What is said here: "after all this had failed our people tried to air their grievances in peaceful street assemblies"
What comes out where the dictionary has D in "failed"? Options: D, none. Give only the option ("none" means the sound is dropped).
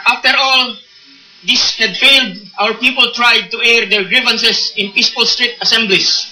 D